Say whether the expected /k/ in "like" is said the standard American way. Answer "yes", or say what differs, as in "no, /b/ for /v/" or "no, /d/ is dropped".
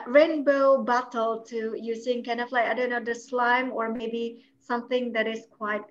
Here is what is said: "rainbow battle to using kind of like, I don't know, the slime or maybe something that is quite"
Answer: no, /k/ is dropped